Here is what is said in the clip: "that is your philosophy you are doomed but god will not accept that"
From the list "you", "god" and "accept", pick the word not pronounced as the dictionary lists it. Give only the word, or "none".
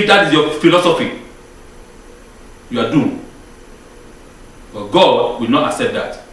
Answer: none